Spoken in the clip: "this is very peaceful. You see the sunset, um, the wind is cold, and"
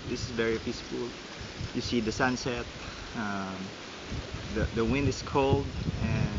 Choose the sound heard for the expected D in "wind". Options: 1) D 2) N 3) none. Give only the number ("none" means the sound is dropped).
1